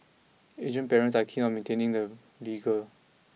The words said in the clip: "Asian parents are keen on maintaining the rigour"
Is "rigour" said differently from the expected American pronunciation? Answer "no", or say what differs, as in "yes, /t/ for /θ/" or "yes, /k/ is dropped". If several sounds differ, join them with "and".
yes, /l/ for /ɹ/